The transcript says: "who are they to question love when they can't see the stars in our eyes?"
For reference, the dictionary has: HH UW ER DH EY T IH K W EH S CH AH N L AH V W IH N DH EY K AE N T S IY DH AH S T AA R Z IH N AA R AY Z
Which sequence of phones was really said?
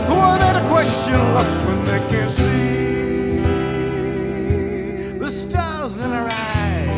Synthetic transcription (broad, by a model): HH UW ER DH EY T IH K W EH S CH AH N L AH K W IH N DH EY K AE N S IY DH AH S T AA L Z IH N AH R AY